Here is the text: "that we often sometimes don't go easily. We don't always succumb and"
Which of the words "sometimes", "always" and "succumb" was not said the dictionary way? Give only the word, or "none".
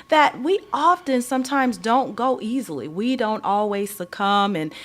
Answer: none